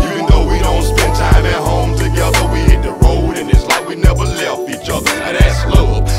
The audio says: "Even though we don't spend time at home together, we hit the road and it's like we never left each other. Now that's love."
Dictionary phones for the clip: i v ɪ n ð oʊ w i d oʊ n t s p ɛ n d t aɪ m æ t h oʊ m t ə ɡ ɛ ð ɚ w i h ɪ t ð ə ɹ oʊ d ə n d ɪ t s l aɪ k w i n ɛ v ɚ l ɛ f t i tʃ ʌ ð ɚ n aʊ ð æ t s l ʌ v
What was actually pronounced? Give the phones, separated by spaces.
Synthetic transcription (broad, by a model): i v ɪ n ð oʊ w i d oʊ n t s p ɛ n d t aɪ m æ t h oʊ m t ə ɡ ɛ ð ɚ w i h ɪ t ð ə ɹ oʊ d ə n ɪ t s l aɪ k w i n ɛ v ɚ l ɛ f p i tʃ ʌ ð ɚ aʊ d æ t s l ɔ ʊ